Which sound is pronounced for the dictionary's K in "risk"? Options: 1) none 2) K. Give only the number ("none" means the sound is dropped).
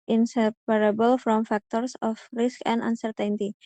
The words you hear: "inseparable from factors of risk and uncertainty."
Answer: 2